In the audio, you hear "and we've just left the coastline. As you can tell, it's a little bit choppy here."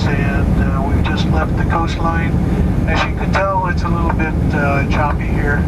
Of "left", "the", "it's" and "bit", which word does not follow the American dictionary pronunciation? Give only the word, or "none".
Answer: none